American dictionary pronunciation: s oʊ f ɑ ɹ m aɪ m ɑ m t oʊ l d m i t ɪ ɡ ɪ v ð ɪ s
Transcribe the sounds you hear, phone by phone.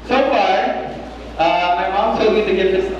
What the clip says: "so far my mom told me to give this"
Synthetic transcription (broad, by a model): s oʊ f ɑ ɹ m aɪ m ɑ m s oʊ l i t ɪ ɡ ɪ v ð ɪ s